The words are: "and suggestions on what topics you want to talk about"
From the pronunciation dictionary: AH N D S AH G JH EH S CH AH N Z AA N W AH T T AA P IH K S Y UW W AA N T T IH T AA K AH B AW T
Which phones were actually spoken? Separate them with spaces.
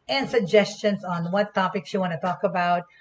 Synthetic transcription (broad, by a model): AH N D S AH G JH EH S CH AH N Z N W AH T T AA P IH K S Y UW W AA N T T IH T AA K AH B AW T